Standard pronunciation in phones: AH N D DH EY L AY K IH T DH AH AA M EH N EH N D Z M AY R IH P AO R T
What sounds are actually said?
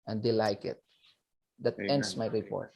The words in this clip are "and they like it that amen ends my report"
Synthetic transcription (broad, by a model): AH N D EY L AY K IH T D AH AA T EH EH N D S M AY R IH P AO R T